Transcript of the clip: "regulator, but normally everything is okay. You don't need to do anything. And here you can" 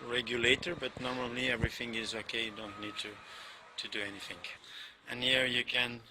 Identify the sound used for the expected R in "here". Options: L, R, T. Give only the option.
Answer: R